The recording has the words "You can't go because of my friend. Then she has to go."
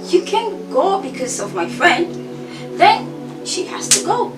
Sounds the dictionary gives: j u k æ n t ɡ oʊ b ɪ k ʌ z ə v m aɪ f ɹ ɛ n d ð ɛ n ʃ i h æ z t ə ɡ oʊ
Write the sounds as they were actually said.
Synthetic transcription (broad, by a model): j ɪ k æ n ɡ oʊ b ɪ k ʌ z ə v m aɪ f ɹ ɛ n d ð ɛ n ʃ i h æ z t ə ɡ oʊ